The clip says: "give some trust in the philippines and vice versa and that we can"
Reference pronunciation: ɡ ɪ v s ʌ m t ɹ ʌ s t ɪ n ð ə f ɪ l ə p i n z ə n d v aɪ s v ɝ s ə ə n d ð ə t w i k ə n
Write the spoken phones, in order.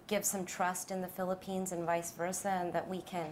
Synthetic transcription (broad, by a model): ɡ ɪ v s ʌ m t ɹ ʌ s t ɪ n ð ə f ɪ l ə p i n z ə n v aɪ s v ɝ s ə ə n ð ə t w i k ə n